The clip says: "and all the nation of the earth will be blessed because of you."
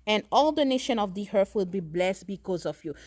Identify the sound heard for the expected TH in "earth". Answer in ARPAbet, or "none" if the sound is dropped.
F